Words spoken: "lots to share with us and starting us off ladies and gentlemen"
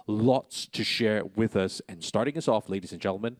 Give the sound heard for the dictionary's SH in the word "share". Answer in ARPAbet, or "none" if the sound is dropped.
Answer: SH